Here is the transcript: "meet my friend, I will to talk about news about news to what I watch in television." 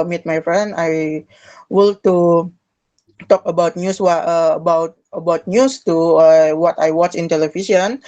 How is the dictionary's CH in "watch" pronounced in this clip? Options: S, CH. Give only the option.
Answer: CH